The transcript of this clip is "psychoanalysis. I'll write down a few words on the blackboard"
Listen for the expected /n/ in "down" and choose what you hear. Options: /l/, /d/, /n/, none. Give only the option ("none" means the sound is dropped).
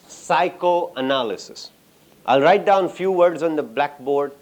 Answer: /n/